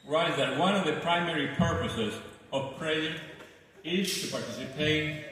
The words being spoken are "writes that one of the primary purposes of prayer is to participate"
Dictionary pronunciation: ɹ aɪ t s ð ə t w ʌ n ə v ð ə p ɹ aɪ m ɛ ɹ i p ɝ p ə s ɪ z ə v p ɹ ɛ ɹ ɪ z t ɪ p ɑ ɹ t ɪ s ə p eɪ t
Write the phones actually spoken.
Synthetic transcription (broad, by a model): ɹ aɪ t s ð ə t w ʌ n ə v ð ə p ɹ aɪ m ɛ ɹ i p ɝ p ə s ɪ z ə v p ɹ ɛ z ɪ z t ɪ p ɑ ɹ t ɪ s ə p eɪ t